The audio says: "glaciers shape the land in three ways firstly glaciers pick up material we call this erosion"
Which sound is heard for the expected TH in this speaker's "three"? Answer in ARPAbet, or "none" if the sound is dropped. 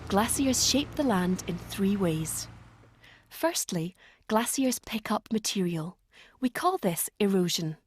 TH